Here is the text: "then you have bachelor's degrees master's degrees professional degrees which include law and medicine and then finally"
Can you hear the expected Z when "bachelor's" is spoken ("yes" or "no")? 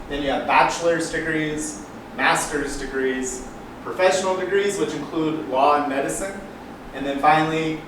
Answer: yes